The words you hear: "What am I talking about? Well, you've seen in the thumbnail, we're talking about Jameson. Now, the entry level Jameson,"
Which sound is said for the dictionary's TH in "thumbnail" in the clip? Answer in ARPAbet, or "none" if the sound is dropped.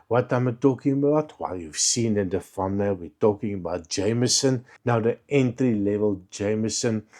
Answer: F